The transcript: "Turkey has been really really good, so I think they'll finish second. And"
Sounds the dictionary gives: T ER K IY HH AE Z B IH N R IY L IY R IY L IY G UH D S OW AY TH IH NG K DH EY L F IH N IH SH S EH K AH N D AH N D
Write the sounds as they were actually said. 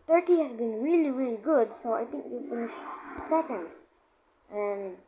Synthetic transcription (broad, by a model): T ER K IY HH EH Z B IH N R IY L IY R IY L IY G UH D S OW AY T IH NG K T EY F IH N IH SH S EH K AH N D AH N